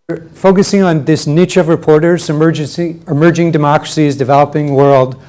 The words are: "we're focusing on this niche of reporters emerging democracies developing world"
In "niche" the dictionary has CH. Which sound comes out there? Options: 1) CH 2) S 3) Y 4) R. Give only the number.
1